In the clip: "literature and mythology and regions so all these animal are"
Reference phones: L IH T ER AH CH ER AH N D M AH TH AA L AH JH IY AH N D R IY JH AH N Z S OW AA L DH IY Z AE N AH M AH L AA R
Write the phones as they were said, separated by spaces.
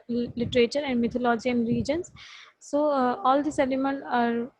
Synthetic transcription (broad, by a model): L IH T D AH CH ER AH N D M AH T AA L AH JH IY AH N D R IY JH AH N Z S OW AA L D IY S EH L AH M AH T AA R